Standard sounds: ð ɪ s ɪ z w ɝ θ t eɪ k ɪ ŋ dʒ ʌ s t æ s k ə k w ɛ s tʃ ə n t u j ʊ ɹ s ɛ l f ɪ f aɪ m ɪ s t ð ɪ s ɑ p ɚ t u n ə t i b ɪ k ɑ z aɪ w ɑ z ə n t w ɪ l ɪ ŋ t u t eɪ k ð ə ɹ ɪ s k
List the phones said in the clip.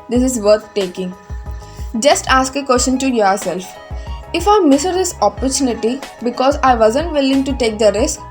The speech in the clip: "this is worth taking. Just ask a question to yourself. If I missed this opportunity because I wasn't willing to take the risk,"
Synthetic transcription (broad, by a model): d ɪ s ɪ z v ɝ t t eɪ k ɪ ŋ dʒ ʌ s t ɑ s k ə k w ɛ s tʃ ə n t u j ʊ ɹ s ɛ l f ɪ f aɪ m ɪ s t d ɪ s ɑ p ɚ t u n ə t i b ɪ k ɑ z aɪ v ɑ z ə n t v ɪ l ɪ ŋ t u t eɪ k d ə ɹ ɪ s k